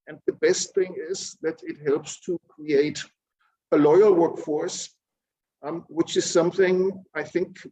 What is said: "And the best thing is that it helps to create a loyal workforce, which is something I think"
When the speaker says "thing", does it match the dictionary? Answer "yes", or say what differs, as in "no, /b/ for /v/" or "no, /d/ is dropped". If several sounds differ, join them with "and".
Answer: yes